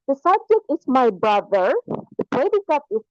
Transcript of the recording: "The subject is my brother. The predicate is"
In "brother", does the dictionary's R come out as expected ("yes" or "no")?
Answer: yes